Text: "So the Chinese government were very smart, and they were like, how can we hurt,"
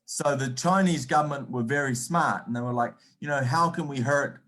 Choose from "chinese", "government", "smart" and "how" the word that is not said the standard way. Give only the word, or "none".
none